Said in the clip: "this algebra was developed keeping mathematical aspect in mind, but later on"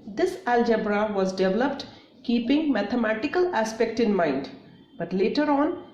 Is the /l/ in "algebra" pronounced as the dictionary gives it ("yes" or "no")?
yes